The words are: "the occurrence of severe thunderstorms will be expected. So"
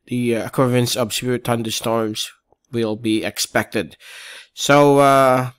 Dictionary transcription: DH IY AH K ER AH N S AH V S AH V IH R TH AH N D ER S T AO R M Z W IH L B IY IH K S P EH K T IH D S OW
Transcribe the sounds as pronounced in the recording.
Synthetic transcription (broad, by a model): DH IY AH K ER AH N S AH V S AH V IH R T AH N D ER S T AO R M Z W IH L B IY IH K S P EH K T IH D S OW